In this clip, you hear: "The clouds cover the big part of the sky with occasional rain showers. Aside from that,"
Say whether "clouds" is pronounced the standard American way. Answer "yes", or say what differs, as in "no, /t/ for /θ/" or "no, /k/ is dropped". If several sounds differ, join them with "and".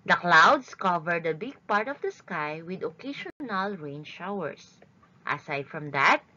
no, /s/ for /z/